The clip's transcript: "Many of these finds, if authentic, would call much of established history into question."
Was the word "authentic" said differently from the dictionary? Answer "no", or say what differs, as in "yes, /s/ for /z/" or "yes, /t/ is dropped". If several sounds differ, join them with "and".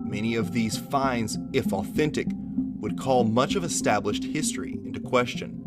no